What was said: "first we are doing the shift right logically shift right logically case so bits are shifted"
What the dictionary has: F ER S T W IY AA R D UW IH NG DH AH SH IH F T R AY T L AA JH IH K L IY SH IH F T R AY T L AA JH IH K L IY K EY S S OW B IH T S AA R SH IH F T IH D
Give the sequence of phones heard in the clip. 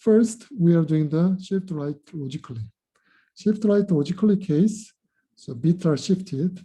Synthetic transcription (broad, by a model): F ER S T W IY AA R D UW IH NG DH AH SH IH F T R AY T L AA JH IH K L IY SH IH F T R AY T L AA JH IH K L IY K EY S S OW B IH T AA R SH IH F T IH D